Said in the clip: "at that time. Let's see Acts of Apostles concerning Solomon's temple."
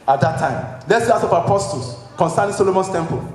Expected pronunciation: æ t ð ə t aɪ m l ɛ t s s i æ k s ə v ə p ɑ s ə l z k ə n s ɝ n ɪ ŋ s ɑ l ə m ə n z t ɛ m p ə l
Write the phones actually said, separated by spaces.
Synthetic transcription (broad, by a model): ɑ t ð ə t aɪ m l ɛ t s s i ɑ s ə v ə p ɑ s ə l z k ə n s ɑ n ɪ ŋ s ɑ l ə m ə n s t ɛ m p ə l